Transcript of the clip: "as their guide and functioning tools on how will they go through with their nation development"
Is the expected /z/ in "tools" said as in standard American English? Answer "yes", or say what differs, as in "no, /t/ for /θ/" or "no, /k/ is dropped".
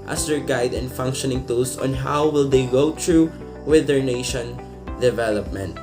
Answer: no, /s/ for /z/